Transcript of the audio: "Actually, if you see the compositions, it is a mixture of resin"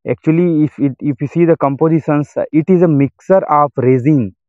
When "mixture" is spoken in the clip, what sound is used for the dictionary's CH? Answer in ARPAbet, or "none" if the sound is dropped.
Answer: none